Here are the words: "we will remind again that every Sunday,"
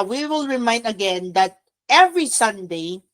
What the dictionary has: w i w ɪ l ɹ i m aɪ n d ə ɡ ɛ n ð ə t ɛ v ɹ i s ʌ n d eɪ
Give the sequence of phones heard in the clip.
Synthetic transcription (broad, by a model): w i w ɪ l ɹ i m aɪ n d ə ɡ ɛ n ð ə t ɛ v ɹ i s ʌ n d eɪ